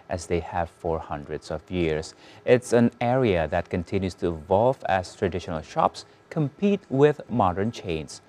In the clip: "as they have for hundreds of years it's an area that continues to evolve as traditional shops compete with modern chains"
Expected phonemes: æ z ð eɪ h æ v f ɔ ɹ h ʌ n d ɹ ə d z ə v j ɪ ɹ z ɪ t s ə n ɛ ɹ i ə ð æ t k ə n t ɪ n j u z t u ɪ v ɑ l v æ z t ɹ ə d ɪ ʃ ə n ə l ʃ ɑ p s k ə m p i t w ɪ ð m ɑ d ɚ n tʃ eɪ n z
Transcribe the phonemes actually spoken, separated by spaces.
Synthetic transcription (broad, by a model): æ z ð eɪ h æ v f ɔ ɹ h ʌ n d ɹ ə d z ə v j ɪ ɹ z ɪ t s ə n ɛ ɹ i ə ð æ t k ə n t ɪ n j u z t u ɪ v ɑ l v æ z t ɹ ə d ɪ ʃ ə n ə l ʃ ɑ p s k ə m p i t w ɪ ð m ɑ d ɚ n tʃ eɪ n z